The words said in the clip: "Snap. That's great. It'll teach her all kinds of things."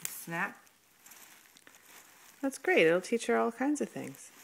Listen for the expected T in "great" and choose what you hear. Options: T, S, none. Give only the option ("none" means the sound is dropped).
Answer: none